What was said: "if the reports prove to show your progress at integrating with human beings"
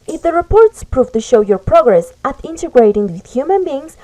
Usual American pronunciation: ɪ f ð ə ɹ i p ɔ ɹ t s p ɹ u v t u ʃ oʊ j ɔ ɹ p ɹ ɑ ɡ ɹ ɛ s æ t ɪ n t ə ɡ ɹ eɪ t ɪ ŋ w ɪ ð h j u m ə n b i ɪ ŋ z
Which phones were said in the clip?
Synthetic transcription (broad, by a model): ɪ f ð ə ɹ i p ɔ ɹ t s p ɹ u v t u ʃ oʊ j ɔ ɹ p ɹ ɑ ɡ ɹ ɛ s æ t ɪ n t ə ɡ ɹ eɪ t ɪ ŋ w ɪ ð h j u m ə n b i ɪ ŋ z